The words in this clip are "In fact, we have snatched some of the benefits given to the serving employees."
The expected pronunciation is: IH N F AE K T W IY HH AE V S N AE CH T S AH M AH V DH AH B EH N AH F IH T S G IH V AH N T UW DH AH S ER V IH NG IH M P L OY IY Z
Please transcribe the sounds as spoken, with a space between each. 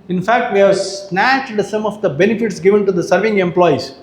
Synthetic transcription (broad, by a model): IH N F AE K T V IY HH AE V S N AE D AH S AH M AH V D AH B EH N AH F IH T S G IH V AH N T UW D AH S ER V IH NG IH M P L OY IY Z